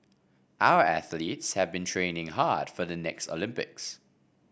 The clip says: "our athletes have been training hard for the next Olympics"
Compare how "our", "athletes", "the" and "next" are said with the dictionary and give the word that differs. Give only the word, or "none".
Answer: none